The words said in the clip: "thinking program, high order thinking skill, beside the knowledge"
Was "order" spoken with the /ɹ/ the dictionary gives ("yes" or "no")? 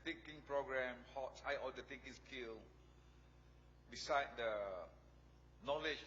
no